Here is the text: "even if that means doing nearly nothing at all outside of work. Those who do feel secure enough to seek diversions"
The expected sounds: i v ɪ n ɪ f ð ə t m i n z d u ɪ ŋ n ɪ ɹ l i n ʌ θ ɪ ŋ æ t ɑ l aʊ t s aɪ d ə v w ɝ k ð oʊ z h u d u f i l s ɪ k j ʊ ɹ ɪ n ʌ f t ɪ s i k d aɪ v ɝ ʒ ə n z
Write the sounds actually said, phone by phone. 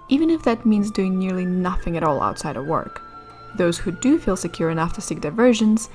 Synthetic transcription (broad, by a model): i v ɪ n ɪ f ð ə t m i n z d u ɪ ŋ n ɪ ɹ l i n ʌ θ ɪ ŋ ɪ t ɑ l aʊ t s aɪ d ə v w ɝ k ð oʊ z h u d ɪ f i l s ɪ k j ʊ ɹ ɪ n ʌ f t ɪ s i k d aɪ v ɝ ʒ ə n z